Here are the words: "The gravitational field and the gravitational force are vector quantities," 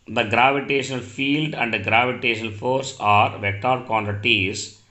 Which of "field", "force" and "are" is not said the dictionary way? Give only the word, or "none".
none